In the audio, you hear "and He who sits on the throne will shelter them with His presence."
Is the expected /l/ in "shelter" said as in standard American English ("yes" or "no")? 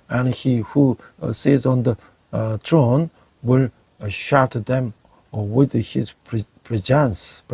no